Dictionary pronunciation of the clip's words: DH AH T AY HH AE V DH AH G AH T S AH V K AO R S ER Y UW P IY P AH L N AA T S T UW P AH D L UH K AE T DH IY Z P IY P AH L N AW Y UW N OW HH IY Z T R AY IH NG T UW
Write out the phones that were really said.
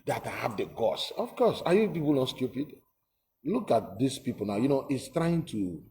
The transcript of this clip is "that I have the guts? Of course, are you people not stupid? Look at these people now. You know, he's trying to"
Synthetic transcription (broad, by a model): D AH T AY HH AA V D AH G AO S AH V K AO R S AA Y UW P IY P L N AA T S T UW P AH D L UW K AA T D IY S P IY P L N AW Y UW N OW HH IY S T R AY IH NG T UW